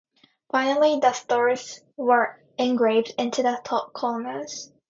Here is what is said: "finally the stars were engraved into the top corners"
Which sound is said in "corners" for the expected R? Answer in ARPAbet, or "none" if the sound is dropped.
L